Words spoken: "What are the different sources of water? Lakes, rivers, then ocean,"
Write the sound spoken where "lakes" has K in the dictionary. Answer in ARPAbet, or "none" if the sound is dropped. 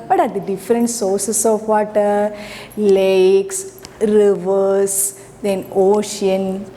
K